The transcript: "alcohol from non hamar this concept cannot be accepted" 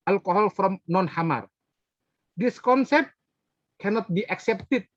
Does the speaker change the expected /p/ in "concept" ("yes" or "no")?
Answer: no